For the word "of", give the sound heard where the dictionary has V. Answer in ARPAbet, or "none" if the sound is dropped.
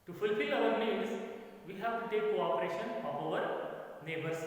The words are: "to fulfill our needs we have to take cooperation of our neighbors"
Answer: P